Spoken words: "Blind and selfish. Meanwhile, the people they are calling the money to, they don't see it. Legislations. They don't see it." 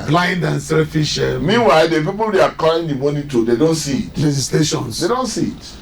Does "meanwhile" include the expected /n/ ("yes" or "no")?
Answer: yes